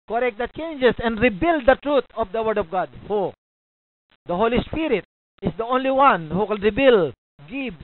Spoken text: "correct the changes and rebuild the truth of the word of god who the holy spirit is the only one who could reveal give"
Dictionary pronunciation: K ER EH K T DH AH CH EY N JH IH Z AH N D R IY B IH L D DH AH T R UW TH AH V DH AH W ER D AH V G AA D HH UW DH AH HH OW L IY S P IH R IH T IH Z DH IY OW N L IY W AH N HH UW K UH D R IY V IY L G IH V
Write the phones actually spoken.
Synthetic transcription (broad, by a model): K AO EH K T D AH CH EY N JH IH S AH N D R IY B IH L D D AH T R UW T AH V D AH W ER D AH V G AA D HH UW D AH HH OW L IY S P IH R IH T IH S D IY OW N L IY W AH N HH UW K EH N R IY B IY L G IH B